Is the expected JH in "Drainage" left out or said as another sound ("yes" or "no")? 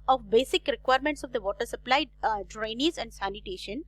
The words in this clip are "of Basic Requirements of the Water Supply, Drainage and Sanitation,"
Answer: yes